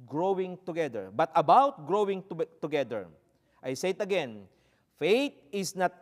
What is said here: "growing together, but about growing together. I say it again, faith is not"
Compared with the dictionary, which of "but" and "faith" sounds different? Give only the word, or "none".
faith